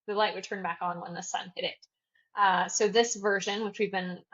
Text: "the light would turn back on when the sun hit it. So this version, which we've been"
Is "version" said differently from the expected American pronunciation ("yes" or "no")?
no